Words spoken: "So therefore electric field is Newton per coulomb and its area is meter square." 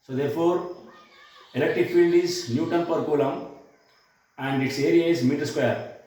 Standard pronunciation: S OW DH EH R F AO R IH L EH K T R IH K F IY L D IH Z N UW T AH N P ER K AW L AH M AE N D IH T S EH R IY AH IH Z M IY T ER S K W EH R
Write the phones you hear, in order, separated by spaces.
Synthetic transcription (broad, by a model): S OW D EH R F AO R IH L EH K T R IH K F IY L D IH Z N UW T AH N P ER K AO L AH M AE N D IH T S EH R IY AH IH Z M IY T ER S K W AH R